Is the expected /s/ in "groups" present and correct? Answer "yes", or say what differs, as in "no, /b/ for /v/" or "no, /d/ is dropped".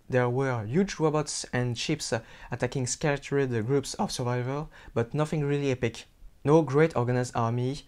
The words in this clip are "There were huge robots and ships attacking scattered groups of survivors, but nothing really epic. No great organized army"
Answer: yes